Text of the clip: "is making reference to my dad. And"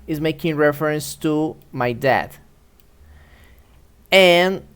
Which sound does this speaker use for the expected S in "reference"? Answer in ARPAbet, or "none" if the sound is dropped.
S